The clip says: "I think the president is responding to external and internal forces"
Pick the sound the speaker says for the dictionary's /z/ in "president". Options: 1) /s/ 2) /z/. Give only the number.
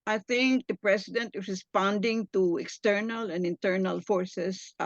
1